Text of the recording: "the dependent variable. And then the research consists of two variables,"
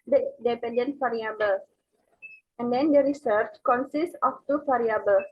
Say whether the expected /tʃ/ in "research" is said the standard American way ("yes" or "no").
yes